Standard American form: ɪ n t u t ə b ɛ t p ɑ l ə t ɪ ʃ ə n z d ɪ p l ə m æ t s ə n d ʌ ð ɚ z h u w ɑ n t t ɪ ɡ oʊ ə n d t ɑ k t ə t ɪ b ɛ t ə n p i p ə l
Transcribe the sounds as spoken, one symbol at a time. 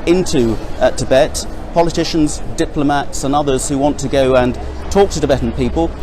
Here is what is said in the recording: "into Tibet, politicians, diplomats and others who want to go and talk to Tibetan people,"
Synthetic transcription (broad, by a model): ɪ n t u t ə b ɛ t p ɑ l ə t ɪ ʃ ə n z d ɪ p l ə m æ t s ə n ʌ ð ɚ z h u w ɑ n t t ɪ ɡ oʊ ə n t ɑ k t ə t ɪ b ɛ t n p i p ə l